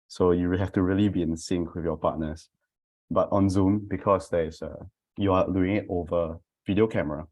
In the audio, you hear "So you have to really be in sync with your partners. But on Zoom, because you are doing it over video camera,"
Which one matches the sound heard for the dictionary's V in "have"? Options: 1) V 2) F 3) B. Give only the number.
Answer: 2